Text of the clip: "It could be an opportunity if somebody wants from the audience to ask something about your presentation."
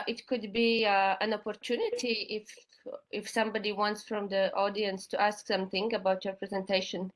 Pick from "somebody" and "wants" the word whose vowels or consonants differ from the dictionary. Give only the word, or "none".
none